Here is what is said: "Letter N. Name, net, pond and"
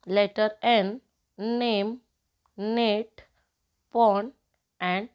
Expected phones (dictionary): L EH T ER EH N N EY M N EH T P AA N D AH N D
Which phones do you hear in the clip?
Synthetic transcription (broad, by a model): L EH T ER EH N N EY M N EH T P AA N AH N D